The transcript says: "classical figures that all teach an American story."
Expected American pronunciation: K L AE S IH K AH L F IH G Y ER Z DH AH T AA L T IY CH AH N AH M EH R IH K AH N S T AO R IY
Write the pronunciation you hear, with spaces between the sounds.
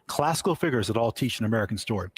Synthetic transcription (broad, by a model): K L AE S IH K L F IH G Y ER Z DH AH T AA L T IY CH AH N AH M EH R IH K N S T AO R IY